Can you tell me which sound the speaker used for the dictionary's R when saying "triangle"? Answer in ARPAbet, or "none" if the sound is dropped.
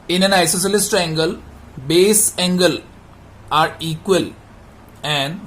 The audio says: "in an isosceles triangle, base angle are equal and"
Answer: none